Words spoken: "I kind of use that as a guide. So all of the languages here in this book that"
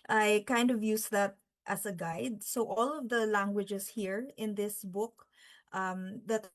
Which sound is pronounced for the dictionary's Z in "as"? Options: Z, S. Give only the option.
S